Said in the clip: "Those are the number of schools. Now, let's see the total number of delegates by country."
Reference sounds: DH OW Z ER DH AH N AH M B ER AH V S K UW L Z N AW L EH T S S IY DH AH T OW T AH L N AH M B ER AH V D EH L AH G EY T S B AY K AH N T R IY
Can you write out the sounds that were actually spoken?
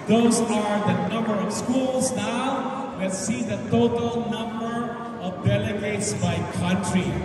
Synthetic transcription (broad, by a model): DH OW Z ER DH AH N AH M B ER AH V S K UW L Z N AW W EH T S S IY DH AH T OW T AH L N AH M B ER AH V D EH L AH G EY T S B AY K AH N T R IY